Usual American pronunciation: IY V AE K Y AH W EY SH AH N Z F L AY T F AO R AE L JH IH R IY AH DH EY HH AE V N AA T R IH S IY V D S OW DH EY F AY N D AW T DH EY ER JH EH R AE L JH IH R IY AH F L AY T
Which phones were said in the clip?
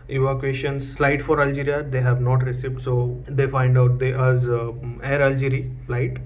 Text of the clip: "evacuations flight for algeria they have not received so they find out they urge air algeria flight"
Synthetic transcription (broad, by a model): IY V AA K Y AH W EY SH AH N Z F L AY T F AO R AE L JH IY R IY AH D EY HH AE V N AA T R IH S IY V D S OW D EY F AY N D AW T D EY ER Z EH R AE L JH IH R IY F L AY T